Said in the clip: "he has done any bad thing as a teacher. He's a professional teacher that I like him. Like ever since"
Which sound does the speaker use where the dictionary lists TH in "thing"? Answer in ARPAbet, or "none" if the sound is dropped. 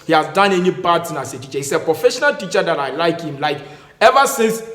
S